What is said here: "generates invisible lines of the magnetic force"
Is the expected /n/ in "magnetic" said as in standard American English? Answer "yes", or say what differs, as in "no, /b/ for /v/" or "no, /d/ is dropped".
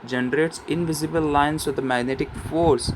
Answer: yes